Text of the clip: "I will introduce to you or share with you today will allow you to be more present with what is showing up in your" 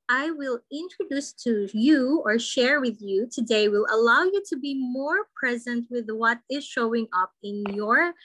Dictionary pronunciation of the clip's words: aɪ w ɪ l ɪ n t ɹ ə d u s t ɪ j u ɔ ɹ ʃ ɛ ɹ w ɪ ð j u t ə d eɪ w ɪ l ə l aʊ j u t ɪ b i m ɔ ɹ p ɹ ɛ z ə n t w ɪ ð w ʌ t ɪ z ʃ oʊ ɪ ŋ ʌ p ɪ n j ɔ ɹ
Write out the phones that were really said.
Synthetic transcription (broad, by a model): aɪ w ɪ l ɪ n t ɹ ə d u s t ɪ j u ɔ ɹ ʃ ɛ ɹ w ɪ ð j u t ə d eɪ w ɪ l ə l aʊ j u t ɪ b i m ɔ ɹ p ɹ ɛ z ə n t w ɪ ð w ʌ t ɪ z ʃ oʊ ɪ ŋ ʌ p ɪ n j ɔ ɹ